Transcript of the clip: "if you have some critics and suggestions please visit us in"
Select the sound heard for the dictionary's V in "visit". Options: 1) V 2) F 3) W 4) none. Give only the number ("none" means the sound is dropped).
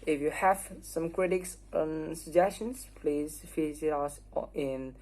2